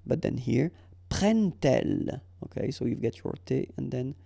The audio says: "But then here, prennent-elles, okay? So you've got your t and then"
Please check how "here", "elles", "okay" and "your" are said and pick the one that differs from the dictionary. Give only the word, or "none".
elles